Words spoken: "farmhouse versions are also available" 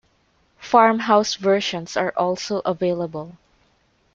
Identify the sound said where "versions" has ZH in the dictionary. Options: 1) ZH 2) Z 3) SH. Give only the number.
3